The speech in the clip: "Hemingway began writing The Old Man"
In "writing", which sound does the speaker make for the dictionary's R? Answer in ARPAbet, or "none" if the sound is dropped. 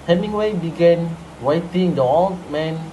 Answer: W